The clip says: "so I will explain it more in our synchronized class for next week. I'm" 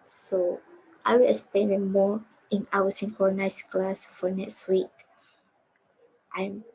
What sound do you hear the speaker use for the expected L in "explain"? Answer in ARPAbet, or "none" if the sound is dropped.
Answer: none